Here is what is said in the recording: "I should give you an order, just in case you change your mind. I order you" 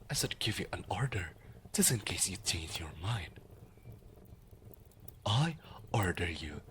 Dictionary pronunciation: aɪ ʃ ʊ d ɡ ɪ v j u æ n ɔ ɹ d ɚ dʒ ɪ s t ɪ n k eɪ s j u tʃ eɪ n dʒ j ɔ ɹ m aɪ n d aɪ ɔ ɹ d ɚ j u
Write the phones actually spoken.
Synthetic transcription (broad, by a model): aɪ s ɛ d ɡ ɪ v j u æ n ɔ ɹ d ɚ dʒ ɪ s ɪ n k eɪ s j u tʃ eɪ n dʒ j ɔ ɹ m aɪ n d aɪ ɔ ɹ d ɚ j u